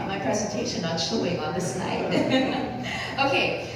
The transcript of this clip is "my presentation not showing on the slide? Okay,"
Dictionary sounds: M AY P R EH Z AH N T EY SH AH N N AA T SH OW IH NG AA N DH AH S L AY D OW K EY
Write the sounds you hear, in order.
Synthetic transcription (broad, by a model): M AY P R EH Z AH N T EY SH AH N N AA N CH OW IH NG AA N DH AH S N AY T OW K EY